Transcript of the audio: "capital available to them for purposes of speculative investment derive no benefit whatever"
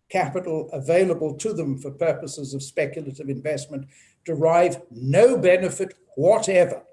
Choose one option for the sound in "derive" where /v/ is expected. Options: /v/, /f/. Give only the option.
/v/